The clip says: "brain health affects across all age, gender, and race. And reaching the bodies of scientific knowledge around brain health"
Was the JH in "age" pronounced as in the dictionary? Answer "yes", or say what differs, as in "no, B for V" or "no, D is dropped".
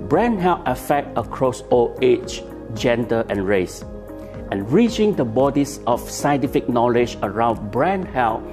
no, CH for JH